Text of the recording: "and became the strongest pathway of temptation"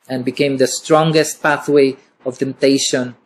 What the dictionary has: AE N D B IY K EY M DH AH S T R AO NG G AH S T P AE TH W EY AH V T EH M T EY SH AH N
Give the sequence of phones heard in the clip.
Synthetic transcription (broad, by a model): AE N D B IY K EY M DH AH S T R AO NG G AH S T P AE TH W EY AH V T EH M T EY SH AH N